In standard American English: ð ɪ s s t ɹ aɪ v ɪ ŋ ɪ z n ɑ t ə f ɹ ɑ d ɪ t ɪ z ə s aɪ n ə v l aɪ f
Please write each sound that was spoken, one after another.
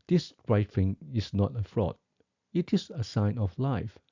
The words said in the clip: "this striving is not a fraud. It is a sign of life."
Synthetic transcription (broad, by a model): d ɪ s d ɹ aɪ f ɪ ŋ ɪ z n ɑ t ə f ɹ ɑ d ɪ t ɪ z ə s aɪ n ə f l aɪ f